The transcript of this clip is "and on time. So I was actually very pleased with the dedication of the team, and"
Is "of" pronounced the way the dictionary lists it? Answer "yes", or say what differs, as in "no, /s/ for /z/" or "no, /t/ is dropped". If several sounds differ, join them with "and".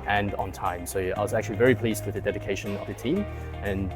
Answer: yes